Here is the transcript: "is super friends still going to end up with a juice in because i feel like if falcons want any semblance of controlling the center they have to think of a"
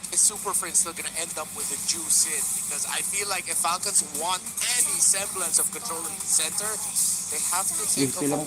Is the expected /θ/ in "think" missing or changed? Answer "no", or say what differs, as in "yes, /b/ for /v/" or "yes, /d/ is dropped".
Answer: yes, /s/ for /θ/